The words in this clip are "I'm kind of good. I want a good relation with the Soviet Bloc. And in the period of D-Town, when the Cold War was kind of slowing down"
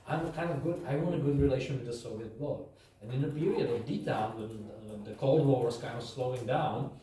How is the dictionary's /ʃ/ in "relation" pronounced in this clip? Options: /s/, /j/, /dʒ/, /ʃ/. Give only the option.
/ʃ/